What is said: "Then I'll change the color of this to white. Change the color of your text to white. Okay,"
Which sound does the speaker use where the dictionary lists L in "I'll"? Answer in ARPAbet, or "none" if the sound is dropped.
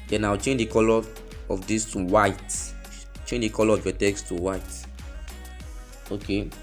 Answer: W